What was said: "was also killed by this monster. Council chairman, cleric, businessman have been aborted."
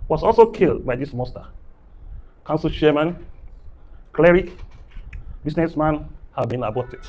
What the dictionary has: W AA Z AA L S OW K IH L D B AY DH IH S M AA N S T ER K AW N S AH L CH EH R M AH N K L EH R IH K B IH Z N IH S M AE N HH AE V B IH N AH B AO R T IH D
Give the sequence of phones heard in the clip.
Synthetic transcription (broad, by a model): W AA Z AA L S OW K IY L D B AY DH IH S M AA S T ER K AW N S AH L SH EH M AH N K L EH R IH K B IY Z N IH S M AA N HH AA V B IH N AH B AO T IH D